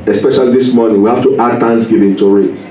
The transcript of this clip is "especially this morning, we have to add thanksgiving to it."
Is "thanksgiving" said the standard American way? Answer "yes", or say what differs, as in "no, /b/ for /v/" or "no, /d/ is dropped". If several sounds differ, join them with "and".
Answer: no, /t/ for /θ/